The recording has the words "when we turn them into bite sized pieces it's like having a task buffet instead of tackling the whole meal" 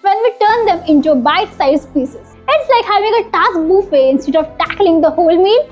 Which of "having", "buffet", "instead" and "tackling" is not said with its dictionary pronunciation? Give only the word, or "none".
none